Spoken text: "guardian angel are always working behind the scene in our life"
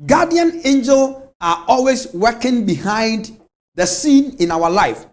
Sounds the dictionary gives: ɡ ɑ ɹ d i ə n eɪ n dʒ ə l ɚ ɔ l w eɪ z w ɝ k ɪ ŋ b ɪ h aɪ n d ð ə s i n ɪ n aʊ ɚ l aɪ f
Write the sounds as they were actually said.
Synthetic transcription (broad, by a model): ɡ ɑ d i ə n eɪ n dʒ ə l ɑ ɔ l w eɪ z w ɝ k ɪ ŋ b ɪ h aɪ n d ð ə s i n ɪ n aʊ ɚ l aɪ f